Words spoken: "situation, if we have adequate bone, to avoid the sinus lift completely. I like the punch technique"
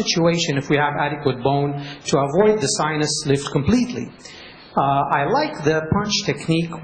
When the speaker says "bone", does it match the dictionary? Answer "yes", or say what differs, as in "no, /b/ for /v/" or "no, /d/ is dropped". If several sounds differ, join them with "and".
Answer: yes